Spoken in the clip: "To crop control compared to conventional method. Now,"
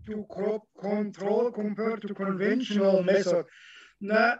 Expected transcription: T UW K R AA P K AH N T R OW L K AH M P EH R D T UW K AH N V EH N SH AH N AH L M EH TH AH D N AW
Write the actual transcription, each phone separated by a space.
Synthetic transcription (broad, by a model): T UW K AA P K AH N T R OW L K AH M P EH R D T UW K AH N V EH N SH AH N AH L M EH S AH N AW